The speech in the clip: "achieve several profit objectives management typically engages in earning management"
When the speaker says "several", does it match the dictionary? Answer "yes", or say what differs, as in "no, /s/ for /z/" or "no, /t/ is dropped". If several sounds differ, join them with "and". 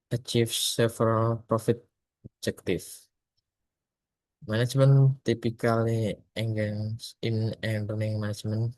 no, /f/ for /v/